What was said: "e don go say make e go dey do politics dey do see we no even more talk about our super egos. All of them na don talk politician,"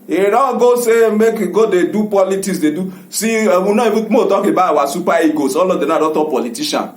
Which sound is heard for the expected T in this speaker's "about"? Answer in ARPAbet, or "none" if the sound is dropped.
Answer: none